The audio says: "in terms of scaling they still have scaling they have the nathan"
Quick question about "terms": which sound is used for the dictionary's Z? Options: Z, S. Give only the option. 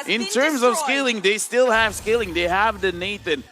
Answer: Z